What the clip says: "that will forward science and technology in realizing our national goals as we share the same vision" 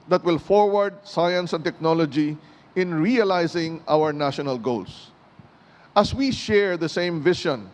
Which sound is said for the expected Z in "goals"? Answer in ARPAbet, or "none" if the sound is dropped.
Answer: S